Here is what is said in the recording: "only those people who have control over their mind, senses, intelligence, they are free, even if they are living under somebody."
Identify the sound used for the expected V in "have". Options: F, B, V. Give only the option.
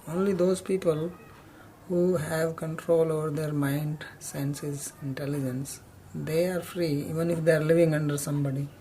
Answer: V